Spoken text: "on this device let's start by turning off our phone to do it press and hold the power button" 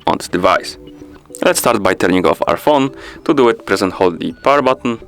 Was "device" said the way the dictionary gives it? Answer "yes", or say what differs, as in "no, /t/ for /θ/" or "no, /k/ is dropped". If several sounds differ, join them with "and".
yes